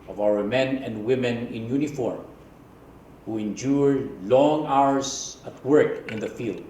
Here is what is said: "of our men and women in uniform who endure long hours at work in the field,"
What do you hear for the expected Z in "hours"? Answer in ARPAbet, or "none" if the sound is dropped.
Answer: S